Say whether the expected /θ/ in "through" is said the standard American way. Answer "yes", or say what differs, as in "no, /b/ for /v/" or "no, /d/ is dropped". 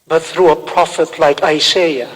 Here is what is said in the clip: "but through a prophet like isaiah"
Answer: yes